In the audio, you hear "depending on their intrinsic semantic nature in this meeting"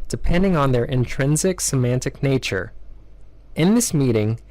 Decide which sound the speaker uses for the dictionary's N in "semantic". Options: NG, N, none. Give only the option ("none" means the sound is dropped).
N